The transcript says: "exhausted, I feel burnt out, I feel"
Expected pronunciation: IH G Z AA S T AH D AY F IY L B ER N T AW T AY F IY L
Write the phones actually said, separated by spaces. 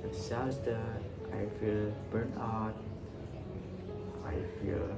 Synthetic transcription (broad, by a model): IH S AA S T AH AY F IY L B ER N AW T AY F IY L